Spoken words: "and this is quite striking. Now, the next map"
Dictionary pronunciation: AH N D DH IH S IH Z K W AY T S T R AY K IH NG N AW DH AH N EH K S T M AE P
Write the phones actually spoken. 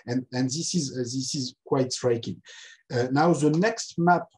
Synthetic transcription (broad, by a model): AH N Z DH IH S IH Z K W AY T S T R AY K IH NG N AW DH AH N EH K S T M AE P